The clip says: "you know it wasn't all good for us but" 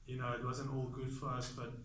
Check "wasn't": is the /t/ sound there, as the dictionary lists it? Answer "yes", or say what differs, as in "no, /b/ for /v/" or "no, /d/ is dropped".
no, /t/ is dropped